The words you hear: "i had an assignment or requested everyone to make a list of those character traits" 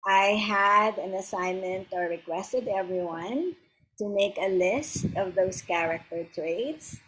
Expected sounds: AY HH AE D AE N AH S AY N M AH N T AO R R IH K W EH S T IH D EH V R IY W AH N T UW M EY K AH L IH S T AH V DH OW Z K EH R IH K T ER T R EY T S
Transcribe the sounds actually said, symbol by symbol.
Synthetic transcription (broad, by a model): AY HH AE D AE N AH S AY N M AH N T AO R R IH K W EH S T IH D EH V R IY W AH N T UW M EY K AH L IH S T AH V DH OW S K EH R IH K T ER T R EY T S